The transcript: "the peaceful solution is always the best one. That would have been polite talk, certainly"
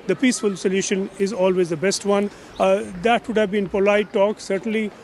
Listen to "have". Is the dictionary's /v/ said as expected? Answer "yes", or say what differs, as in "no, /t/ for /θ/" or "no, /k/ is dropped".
yes